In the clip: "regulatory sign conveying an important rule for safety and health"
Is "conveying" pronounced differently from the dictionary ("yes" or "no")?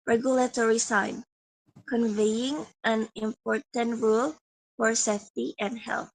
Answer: no